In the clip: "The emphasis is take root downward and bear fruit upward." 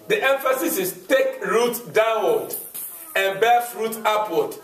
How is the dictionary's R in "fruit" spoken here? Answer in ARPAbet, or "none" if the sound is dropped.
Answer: R